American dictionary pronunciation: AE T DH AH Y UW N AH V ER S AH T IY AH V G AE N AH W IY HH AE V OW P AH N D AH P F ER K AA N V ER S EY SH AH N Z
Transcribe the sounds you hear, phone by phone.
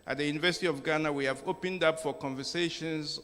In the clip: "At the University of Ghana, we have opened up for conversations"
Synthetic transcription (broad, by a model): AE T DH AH Y UW N AH V ER S AH T IY AH V G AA N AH W IY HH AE V OW P AH N D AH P F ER K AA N V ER S EY SH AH N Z